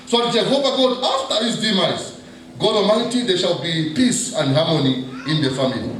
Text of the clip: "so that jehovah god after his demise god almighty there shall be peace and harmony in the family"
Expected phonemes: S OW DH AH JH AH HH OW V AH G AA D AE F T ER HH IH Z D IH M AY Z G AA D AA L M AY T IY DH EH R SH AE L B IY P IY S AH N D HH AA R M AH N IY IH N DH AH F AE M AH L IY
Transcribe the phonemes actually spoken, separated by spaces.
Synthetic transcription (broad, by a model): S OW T JH AH HH OW V AH G AA D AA F T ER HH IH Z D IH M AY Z G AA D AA M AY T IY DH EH SH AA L B IY P IY S AH N D HH AA R M AH N IY IH N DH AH F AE M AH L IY